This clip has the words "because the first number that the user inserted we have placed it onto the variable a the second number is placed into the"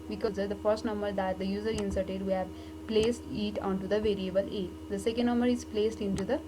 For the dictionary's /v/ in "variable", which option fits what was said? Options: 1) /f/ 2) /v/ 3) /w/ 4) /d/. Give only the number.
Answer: 2